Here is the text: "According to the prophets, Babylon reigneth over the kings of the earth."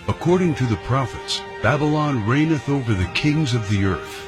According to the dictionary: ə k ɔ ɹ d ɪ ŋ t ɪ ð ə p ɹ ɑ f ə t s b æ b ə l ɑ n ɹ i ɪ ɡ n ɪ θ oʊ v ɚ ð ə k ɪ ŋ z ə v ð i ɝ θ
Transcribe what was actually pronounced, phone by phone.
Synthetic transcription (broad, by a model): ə k ɔ ɹ d ɪ ŋ t ɪ ð ə p ɹ ɑ f ə t s b æ b ə l ɑ n ɹ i ɪ n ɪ θ oʊ v ɚ ð ə k ɪ ŋ z ə v ð i ɝ θ